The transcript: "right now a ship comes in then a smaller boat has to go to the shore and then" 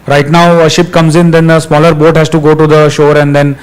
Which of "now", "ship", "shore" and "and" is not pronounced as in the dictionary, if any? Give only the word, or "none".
none